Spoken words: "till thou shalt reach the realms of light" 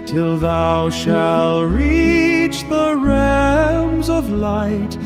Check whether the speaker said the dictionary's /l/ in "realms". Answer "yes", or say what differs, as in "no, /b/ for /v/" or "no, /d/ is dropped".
no, /l/ is dropped